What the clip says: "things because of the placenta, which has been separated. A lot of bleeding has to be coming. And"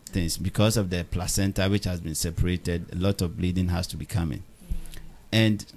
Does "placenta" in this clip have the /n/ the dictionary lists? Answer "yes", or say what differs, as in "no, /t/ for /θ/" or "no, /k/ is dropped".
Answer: yes